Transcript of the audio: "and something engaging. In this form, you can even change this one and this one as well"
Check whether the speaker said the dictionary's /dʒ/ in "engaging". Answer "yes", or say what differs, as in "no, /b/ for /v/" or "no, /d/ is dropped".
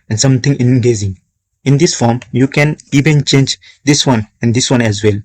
no, /z/ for /dʒ/